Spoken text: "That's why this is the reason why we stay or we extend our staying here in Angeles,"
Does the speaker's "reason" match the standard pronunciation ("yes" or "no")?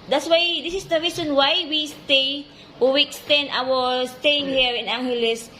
no